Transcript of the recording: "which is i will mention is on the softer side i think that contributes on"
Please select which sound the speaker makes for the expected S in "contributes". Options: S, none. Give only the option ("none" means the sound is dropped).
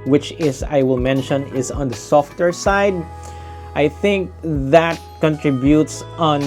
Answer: S